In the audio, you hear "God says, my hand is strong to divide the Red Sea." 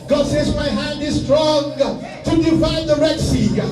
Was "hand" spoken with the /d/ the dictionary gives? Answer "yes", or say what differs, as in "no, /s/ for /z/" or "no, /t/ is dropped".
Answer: yes